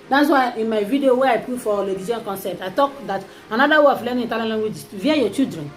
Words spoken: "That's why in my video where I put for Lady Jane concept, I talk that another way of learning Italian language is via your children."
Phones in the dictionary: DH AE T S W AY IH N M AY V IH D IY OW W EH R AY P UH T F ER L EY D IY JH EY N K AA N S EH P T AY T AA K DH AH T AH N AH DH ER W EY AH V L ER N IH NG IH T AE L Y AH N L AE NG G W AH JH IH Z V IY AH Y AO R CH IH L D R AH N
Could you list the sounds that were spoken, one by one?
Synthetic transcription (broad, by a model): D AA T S W AY IH N M AY V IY D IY OW W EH AY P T F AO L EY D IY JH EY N K AA N S EH P T AY T AA K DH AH T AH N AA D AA W EY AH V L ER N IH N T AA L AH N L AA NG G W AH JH V IY AH Y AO CH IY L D R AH N